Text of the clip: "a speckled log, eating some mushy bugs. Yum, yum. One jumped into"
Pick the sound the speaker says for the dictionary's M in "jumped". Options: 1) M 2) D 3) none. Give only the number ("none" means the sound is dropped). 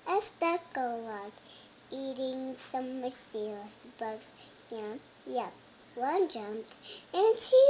1